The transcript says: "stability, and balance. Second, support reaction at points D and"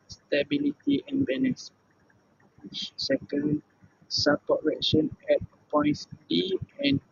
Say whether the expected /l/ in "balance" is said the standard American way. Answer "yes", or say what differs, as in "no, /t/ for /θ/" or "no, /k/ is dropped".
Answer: no, /n/ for /l/